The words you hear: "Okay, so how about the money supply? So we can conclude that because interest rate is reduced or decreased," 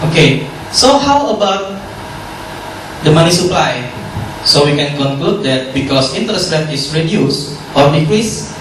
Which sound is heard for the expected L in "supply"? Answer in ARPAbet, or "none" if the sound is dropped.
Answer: L